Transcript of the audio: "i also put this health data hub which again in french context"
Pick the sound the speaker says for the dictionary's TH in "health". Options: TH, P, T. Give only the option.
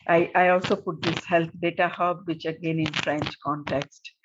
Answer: T